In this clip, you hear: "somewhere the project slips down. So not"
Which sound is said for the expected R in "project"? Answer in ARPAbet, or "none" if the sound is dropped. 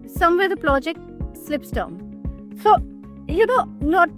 L